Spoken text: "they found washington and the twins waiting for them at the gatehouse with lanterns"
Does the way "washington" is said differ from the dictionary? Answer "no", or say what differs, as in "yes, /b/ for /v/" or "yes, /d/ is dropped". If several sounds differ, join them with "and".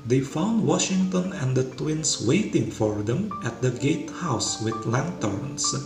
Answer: no